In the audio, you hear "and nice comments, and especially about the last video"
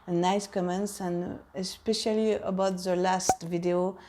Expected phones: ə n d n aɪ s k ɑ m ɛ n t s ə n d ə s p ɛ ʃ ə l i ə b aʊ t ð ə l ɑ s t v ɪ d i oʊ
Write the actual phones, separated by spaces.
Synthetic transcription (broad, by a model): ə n n aɪ s k ɑ m ɛ n t s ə n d ə s p ɛ ʃ ə l i ə b aʊ t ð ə l ɑ s t v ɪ d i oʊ